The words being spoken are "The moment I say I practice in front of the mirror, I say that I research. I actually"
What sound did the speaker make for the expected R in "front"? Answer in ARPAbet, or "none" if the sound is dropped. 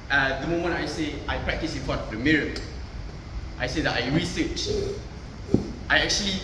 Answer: none